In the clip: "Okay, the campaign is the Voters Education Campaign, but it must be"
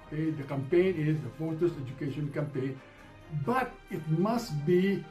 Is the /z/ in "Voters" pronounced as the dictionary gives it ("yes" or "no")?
no